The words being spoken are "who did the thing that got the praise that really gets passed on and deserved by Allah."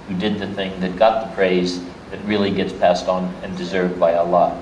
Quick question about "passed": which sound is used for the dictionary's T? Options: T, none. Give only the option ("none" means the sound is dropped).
T